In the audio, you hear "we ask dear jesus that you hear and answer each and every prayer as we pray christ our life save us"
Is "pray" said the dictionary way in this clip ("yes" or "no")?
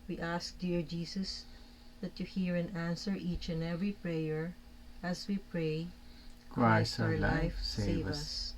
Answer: yes